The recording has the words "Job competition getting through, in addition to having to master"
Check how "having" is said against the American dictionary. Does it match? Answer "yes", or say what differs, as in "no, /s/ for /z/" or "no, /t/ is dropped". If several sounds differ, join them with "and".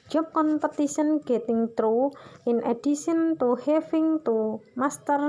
no, /f/ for /v/